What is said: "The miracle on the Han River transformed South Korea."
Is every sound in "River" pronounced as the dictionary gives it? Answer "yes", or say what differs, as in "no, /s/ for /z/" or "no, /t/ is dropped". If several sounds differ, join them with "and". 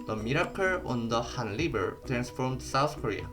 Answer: no, /l/ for /ɹ/ and /b/ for /v/